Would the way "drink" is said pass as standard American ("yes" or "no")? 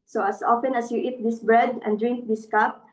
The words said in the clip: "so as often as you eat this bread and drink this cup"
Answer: yes